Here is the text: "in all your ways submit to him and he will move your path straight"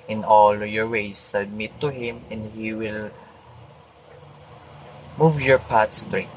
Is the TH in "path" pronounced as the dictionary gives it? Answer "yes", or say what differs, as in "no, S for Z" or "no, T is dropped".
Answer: no, T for TH